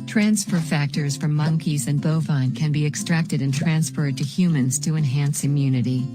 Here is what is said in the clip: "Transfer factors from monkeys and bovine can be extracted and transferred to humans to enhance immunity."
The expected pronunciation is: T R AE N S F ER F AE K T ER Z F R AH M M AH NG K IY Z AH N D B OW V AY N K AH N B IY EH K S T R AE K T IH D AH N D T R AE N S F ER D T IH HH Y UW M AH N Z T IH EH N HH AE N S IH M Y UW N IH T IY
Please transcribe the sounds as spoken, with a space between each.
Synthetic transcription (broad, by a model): T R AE N S F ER F AE K T ER Z F R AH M M AH NG K IY Z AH N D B OW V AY N K AH N B IY EH K S T R AE K T IH D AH N T R AE N S F ER D T IH HH Y UW M AH N Z T IH EH N HH AE N S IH M Y UW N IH T IY